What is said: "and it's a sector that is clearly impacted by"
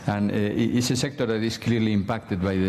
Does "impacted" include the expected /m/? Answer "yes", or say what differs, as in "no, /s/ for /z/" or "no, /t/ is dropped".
yes